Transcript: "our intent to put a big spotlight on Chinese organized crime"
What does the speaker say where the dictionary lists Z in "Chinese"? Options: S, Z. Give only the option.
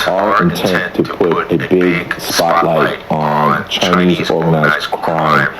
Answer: Z